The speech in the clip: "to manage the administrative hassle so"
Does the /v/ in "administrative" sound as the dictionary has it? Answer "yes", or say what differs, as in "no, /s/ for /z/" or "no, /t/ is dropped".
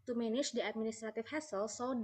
no, /f/ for /v/